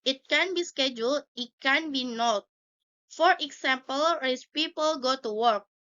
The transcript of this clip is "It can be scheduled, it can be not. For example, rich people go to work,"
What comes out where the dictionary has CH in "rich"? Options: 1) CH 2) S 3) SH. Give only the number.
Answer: 2